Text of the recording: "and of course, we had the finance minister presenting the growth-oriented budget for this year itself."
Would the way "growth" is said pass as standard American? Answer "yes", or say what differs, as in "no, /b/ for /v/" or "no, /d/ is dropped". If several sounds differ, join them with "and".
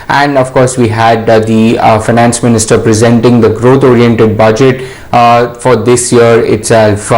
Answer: no, /t/ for /θ/